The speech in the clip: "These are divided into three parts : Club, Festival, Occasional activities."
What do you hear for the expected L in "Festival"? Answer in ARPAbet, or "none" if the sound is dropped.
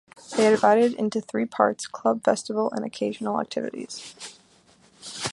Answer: N